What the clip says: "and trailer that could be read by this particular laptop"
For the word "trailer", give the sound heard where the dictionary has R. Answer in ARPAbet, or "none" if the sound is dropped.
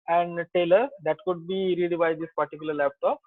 none